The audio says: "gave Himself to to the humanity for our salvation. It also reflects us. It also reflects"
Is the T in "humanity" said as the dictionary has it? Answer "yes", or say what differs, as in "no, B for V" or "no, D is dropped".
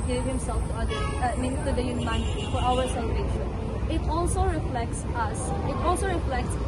no, S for T